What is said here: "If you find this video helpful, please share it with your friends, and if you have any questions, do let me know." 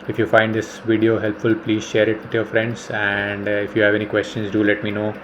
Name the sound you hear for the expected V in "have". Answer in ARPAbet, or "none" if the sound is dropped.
V